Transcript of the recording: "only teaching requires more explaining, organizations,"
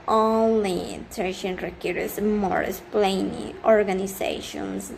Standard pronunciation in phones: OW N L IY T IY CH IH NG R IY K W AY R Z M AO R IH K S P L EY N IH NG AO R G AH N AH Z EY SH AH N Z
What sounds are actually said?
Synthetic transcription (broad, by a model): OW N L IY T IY SH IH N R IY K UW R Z M AO R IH S P L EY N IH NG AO R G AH N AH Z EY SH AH N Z